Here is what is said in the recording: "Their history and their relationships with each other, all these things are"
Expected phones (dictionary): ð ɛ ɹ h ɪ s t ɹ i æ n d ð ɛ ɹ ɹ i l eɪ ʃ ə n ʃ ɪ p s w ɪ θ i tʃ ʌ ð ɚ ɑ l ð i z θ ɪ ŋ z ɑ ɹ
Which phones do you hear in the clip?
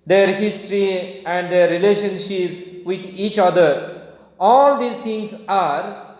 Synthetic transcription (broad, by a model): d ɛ ɹ h ɪ s t ɹ i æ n d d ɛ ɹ ɹ i l eɪ ʃ ə n ʃ ɪ p s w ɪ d i tʃ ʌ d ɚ ɑ l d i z t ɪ ŋ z ɑ ɹ